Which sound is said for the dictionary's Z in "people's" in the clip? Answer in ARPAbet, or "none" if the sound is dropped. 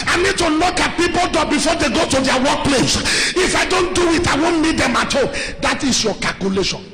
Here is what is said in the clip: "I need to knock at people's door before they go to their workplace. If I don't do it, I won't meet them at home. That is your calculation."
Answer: none